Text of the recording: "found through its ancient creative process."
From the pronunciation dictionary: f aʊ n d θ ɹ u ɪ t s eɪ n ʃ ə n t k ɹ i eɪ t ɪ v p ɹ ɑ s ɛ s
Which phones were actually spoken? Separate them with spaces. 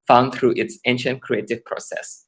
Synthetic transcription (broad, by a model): f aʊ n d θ ɹ u ɪ t s eɪ n ʃ ə n t k ɹ i eɪ t ɪ v p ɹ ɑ s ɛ s